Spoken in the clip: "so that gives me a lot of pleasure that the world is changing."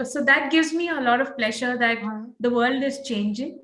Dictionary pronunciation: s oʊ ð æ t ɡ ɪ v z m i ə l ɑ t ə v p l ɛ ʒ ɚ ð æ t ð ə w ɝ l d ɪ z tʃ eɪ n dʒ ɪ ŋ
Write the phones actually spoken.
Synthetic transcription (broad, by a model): s oʊ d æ t ɡ ɪ v z m i ə l ɑ t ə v p l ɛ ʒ ɚ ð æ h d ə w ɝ l d ɪ z tʃ eɪ n dʒ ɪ ŋ